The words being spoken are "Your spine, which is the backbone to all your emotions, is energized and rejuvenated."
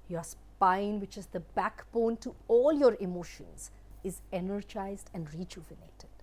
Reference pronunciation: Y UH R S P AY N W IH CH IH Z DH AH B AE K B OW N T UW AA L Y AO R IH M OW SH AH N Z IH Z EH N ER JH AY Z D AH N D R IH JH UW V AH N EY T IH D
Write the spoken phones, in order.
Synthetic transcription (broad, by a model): Y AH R S P AY N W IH CH IH Z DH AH B AE K B OW N T UW AA L Y AO R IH M OW SH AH N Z IH Z EH N ER JH AY Z D AH N D R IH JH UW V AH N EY T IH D